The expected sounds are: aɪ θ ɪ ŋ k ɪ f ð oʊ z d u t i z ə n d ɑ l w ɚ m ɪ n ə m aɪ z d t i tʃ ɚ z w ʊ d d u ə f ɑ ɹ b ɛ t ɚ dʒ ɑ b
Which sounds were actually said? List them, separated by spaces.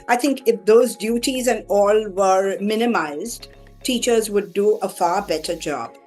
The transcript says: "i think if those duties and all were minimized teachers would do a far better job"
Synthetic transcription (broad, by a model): aɪ t ɪ ŋ k ɪ f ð oʊ z d u t i z ə n d ɑ l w ɚ m ɪ n ə m aɪ z d t i tʃ ɚ z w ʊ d d u ə f ɑ ɹ b ɛ t ɚ dʒ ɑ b